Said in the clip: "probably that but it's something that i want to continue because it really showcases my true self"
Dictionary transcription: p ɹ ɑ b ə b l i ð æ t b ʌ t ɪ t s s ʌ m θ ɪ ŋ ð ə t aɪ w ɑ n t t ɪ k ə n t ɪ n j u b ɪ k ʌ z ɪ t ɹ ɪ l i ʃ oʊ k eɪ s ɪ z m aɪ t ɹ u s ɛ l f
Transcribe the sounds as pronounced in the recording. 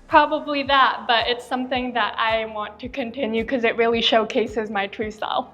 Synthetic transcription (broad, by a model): p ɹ ɑ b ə b l i ð æ t b ʌ t ɪ t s s ʌ m θ ɪ ŋ ð ə t aɪ w ɑ n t t ɪ k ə n t ɪ n j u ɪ k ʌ z ɪ t ɹ ɪ l i ʃ oʊ k eɪ s ɪ z m aɪ t ɹ u s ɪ l